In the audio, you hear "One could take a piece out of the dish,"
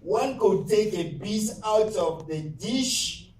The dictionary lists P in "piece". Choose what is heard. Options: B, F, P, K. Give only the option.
B